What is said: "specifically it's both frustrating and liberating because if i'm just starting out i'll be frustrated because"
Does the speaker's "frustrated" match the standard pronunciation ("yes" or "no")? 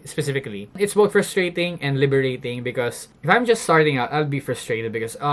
yes